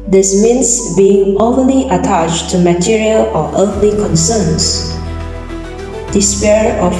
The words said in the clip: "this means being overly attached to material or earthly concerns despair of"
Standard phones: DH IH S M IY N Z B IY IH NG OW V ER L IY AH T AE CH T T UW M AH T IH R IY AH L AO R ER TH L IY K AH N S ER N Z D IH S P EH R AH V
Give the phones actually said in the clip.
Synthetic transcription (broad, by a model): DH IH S M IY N S B IY IH NG OW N L IY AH T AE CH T T UW M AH T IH R IY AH L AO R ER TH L IY K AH N S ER N S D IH S P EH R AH